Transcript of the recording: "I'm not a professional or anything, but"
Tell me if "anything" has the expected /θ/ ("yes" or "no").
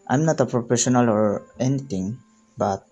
no